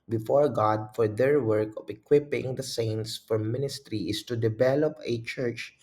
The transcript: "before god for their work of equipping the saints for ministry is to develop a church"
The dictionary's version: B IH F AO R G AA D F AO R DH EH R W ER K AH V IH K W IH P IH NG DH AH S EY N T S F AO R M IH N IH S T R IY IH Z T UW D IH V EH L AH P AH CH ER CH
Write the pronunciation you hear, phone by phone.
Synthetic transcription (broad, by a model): B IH F AO R G AA D F AO R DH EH R W ER K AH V IH K W IH P IH NG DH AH S EY N T S F AO R M IH N IH S T R IY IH S T UW D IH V EH L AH P AH CH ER CH